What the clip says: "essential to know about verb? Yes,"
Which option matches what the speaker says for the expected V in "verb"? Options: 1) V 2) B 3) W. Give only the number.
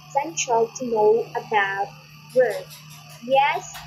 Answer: 3